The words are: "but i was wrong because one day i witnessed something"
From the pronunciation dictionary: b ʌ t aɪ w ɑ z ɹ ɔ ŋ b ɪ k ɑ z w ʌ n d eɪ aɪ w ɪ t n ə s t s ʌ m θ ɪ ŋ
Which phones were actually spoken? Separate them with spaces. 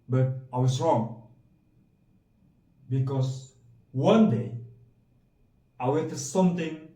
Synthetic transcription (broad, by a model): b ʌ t aɪ w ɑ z ɹ ɔ ŋ b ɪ k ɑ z w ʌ n d eɪ aɪ w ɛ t ə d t s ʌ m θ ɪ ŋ